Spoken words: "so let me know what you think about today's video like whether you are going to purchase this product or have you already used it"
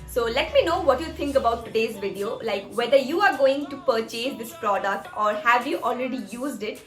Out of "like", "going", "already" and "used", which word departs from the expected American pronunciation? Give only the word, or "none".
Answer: none